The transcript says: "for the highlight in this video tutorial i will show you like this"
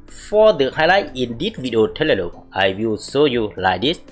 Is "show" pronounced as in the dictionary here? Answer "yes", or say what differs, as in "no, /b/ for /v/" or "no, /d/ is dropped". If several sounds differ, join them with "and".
no, /s/ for /ʃ/